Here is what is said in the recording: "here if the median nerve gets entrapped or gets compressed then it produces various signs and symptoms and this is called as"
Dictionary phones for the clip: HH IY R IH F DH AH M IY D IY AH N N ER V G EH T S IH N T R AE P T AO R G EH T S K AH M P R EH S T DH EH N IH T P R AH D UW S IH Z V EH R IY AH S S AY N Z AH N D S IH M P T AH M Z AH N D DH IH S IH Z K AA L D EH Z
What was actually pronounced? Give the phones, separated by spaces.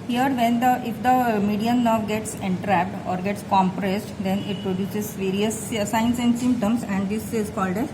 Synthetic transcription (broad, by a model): HH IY R IH F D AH M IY D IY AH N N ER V G EH T S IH N T R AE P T AO R G EH T S K AH M P R EH S T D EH N IH T P R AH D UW S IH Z V EH R IY AH S S AY N S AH N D S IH M P T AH M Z AH N D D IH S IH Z K AA L D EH